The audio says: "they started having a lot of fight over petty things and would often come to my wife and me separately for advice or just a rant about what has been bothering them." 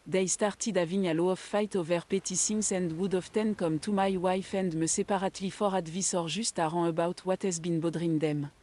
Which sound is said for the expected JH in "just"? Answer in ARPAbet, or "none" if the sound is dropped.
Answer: ZH